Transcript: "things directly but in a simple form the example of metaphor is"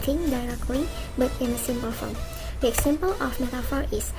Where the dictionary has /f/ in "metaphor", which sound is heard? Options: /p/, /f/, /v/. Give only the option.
/f/